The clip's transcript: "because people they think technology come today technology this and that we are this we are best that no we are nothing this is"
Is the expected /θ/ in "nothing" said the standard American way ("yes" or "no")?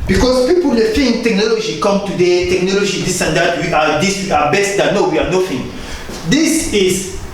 no